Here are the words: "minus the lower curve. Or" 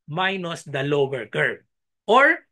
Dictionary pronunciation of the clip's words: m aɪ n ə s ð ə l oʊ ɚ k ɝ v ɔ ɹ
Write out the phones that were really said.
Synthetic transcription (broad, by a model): m aɪ n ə s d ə l oʊ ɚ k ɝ b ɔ ɹ